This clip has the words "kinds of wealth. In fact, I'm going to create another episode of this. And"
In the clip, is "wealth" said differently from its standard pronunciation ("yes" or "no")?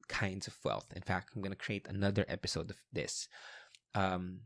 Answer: no